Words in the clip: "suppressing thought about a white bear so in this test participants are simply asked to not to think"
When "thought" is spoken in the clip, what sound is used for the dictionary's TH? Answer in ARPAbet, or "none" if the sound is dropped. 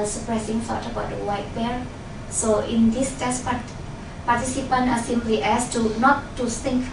F